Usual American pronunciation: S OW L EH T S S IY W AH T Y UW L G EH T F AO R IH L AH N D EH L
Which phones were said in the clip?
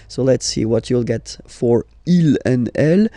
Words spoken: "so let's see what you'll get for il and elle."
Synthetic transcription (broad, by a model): S OW L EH T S S IY W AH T Y UW L G EH T F AO R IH L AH N EH L